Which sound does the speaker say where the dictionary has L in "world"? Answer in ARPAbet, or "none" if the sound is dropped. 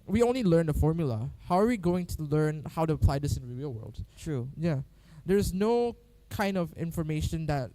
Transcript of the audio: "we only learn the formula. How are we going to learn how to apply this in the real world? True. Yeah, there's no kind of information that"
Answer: L